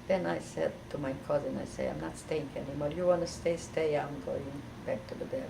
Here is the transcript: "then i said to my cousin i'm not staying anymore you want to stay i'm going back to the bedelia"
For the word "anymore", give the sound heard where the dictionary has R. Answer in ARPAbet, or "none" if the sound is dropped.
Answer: L